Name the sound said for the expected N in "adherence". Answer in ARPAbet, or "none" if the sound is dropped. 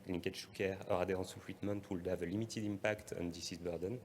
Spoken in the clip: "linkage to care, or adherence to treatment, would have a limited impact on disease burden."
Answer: none